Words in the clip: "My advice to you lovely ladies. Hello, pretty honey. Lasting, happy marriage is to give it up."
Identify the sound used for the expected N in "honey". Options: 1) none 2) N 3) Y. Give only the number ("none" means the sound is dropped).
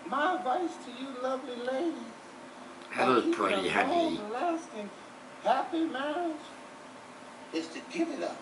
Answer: 1